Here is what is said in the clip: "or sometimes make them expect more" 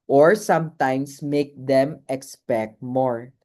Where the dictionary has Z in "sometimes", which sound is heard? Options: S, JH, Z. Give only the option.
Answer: S